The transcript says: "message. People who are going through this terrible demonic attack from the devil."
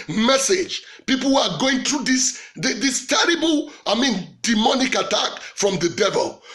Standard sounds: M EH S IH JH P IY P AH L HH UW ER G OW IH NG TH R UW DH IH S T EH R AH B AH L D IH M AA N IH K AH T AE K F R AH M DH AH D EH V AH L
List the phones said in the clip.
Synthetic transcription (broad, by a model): M EH S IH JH P IY P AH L HH UW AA G OW IH NG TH R UW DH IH S T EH R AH B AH N D IH M AA N IH K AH T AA K F R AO M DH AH D EH V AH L